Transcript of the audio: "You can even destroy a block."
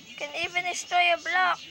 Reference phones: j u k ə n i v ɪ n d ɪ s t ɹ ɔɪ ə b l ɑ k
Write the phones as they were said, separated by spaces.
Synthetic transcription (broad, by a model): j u k ə n i v ɪ n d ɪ s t ɔɪ ə b l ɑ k